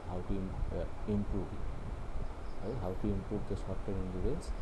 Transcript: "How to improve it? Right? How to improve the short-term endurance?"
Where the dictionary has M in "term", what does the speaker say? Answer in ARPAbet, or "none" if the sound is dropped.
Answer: none